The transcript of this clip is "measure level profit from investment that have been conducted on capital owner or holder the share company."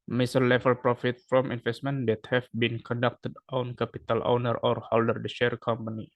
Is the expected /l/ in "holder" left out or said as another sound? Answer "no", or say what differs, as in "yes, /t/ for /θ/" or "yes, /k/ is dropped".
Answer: no